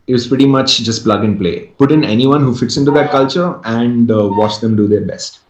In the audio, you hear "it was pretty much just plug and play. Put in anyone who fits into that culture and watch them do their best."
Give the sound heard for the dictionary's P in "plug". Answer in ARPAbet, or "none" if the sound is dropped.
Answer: P